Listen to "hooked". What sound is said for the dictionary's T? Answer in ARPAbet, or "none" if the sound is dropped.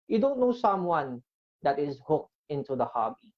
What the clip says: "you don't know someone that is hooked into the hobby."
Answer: T